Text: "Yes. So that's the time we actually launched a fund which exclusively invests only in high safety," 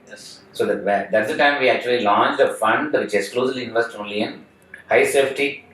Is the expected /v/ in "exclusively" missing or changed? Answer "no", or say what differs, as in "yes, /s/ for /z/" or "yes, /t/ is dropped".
yes, /v/ is dropped